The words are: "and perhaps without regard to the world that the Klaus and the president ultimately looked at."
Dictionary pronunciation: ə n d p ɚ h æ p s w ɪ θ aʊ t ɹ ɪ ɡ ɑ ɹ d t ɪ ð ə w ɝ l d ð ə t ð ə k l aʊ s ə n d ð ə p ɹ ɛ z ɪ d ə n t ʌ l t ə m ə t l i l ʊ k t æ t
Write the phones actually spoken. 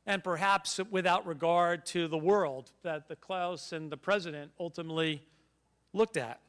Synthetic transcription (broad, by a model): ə n p ɚ h æ p s w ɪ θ aʊ t ɹ ɪ ɡ ɑ ɹ d t ɪ ð ə w ɝ l d ð ə t ð ə k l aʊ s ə n ð ə p ɹ ɛ z ɪ d ə n t ʌ l t ə m ə t l i l ʊ k t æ t